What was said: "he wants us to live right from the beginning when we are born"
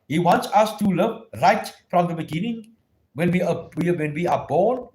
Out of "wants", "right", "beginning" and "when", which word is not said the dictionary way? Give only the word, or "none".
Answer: none